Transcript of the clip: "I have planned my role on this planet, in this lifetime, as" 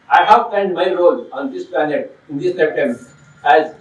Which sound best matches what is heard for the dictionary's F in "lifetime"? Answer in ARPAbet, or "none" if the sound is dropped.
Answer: P